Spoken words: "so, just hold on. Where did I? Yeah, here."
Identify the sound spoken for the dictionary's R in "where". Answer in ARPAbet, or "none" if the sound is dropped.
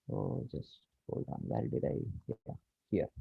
L